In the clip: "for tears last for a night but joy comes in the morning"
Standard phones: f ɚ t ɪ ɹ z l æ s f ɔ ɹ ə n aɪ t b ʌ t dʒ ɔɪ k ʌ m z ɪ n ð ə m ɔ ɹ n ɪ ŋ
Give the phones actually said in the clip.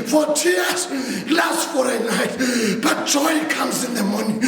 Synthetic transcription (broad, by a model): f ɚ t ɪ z l æ s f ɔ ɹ ə n aɪ t b ʌ t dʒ ɔɪ k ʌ m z ɪ n ð ə m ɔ n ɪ